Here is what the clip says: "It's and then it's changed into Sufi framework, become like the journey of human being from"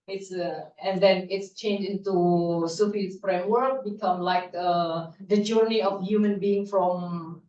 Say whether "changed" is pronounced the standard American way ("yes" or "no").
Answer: no